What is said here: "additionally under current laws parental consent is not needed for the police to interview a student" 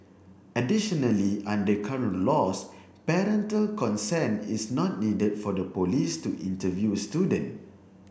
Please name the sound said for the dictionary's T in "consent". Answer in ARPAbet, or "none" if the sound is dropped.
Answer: none